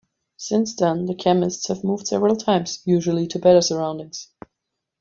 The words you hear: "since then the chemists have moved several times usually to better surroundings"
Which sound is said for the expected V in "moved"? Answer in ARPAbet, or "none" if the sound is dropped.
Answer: V